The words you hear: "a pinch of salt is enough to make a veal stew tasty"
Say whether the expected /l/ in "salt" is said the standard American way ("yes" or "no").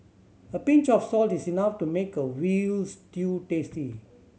yes